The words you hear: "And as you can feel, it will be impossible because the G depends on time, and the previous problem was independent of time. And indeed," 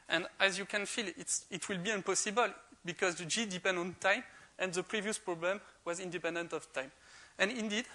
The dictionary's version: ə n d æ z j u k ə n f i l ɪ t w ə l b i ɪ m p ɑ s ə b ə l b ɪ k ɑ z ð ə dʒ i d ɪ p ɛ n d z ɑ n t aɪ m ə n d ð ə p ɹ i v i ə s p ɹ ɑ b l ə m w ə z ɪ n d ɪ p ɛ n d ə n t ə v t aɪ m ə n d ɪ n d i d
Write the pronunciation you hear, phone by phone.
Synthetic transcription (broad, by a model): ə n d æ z j u k ə n f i l ɪ t w ə l b i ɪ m p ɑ s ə b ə l b ɪ k ɑ z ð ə dʒ i d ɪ p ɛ n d ɑ n t aɪ m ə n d ð ə p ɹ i v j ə s p ɹ ɑ b l ə m w ə z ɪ n d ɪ p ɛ n d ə n t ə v t aɪ m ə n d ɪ n d i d